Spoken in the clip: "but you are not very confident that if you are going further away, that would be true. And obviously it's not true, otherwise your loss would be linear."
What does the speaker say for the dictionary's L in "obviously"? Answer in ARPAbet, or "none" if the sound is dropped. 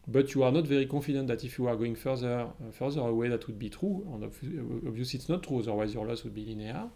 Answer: none